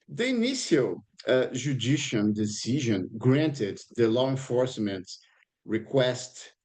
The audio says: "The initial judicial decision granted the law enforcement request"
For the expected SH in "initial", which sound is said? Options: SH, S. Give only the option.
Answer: S